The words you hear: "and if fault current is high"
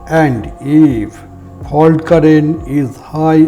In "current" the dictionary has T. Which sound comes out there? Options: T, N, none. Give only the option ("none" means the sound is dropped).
none